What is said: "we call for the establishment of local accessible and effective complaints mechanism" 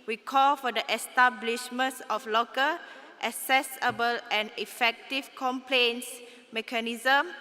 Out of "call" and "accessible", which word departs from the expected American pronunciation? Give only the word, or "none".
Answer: accessible